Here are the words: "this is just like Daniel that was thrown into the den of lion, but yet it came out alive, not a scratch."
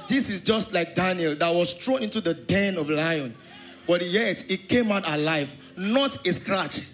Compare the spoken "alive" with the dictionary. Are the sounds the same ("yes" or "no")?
yes